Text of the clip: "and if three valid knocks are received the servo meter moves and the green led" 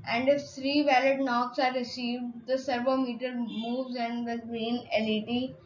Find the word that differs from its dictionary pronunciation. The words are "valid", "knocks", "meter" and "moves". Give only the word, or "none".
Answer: none